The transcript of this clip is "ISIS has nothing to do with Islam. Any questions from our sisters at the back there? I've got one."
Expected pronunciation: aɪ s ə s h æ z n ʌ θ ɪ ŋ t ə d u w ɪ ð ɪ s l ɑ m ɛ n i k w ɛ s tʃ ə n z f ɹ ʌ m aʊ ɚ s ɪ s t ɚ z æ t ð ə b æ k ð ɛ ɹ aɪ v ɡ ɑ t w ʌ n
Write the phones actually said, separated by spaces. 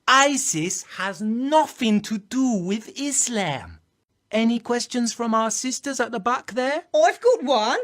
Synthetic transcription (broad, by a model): aɪ s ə s h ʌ z n ʌ θ ɪ ŋ t ə d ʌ w ɪ ð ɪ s l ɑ m ɛ n i k w ɛ s tʃ ə n z f ɹ ʌ m aʊ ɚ s ɪ s t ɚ z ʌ t ð ə b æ k ð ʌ ɹ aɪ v ɡ ɑ t w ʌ n